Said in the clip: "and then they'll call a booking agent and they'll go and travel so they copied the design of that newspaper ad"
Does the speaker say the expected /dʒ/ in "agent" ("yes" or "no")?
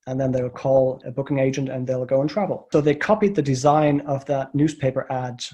yes